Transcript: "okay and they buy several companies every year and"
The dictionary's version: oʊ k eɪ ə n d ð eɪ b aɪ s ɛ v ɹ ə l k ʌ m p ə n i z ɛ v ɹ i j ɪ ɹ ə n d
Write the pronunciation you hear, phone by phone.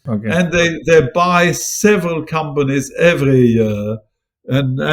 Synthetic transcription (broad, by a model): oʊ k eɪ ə n ð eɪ b aɪ s ɛ v ɹ ə l k ʌ m p ə n i z ɛ v ɹ i j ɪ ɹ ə n